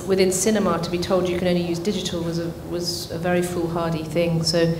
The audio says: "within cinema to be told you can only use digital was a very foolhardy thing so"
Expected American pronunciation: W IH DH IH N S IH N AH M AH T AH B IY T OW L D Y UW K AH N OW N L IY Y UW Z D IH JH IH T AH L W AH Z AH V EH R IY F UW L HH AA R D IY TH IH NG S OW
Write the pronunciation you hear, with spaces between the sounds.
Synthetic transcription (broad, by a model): W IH DH IH N S IH N AH M AH T AH B IY T OW L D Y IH K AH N OW N L IY Y UW Z D IH JH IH T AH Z W AH Z AH V EH R IY F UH L HH AA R D IY TH IH NG S OW